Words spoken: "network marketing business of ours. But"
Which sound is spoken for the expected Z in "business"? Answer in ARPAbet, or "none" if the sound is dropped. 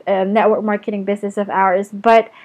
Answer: Z